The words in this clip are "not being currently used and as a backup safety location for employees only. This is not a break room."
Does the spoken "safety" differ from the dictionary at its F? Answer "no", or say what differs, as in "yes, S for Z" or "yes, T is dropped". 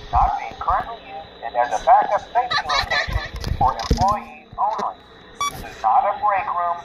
yes, F is dropped